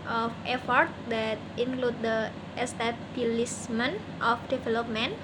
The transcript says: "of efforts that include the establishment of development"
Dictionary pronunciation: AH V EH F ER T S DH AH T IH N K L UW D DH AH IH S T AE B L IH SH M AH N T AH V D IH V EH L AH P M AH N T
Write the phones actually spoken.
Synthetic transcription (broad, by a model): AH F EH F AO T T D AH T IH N K L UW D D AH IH S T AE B L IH S M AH N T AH F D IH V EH L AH P M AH N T